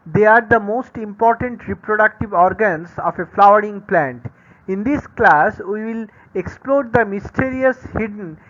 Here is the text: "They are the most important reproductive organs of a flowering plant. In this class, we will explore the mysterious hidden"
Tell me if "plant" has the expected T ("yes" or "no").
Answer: yes